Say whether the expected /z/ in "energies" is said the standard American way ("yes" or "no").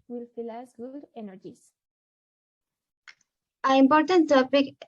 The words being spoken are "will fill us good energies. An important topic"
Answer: no